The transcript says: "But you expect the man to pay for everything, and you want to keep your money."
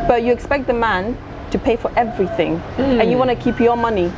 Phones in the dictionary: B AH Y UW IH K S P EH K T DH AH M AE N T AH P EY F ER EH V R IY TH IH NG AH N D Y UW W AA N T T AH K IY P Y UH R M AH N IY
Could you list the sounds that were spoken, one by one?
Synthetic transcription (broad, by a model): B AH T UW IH K S P EH K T DH AH M AE N T AH P EY F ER EH V R IY TH IH NG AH N Y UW W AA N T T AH K IY P Y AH M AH N IY